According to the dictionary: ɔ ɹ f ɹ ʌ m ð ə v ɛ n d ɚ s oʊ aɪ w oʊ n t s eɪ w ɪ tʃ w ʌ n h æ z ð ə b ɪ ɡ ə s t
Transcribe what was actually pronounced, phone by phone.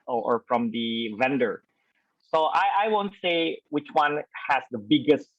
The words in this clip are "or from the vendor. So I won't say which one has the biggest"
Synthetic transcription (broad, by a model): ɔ ɹ f ɹ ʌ m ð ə v ɛ n d ɚ s oʊ aɪ w oʊ n t s eɪ w ɪ tʃ w ʌ n h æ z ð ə b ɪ ɡ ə s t